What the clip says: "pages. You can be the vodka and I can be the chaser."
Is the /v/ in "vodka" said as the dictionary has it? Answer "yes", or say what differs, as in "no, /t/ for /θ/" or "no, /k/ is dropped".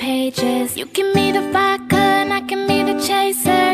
no, /f/ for /v/